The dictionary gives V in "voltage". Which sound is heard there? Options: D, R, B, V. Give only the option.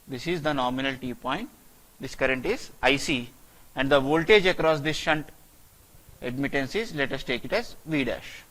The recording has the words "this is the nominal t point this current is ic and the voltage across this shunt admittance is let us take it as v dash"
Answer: V